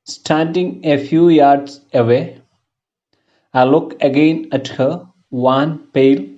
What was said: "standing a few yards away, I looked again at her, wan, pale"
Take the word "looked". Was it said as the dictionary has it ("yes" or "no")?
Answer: no